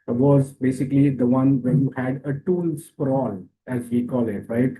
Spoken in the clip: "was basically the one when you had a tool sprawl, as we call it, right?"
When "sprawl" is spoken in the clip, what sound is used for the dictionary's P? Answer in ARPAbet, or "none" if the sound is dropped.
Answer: F